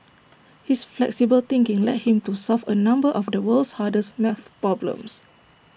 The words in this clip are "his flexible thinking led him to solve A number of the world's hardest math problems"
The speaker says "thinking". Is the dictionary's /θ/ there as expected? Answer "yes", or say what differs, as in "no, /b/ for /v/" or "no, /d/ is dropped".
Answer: no, /t/ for /θ/